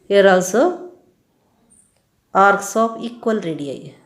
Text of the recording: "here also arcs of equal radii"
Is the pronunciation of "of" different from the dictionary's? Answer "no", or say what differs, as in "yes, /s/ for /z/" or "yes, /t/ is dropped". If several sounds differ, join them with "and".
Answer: yes, /p/ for /v/